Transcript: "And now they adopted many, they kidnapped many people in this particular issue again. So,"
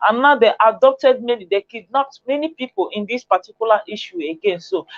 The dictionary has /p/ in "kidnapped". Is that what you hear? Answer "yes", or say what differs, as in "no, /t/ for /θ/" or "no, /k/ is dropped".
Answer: no, /p/ is dropped